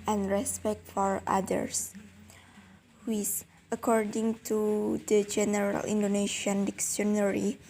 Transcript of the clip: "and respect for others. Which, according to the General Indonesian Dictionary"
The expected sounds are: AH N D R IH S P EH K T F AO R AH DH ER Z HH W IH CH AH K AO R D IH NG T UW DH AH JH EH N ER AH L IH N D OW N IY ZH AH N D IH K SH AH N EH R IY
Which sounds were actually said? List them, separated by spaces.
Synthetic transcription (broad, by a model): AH N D R IH S P EH K T F AO R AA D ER S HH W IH S AH K AO R D IH NG T UW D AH JH EH N ER AH L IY N D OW N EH SH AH N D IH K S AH N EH R IY